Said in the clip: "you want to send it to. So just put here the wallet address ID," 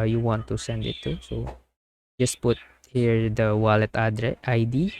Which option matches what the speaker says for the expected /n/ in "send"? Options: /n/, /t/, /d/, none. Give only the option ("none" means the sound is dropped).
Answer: /n/